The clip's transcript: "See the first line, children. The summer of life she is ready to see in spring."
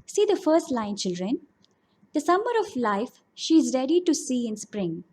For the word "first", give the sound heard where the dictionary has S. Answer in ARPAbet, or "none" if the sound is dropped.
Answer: S